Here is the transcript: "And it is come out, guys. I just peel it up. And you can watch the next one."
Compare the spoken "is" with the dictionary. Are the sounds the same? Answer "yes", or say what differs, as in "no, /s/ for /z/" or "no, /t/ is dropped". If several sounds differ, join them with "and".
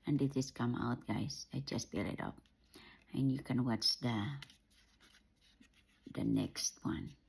no, /s/ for /z/